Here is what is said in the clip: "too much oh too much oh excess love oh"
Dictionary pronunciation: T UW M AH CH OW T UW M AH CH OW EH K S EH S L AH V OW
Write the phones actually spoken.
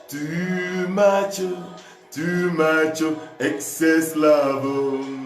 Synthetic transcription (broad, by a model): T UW M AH CH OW T UW M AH CH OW EH K S EH S L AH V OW